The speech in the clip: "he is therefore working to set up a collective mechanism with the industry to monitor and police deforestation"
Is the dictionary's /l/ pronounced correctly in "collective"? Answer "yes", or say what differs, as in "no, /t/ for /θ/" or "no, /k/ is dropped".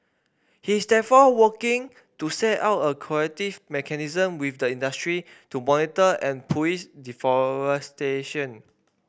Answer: no, /l/ is dropped